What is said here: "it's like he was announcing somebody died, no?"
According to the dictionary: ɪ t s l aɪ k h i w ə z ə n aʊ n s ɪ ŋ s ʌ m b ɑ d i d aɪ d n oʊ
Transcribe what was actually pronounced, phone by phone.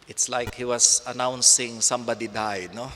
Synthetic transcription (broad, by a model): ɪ t s l aɪ k h i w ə s ə n aʊ n s ɪ ŋ s ʌ m b ɑ d i d aɪ d n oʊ